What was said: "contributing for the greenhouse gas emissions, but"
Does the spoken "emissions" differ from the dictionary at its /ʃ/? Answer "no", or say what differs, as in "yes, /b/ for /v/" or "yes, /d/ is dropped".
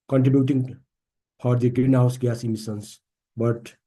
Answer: yes, /s/ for /ʃ/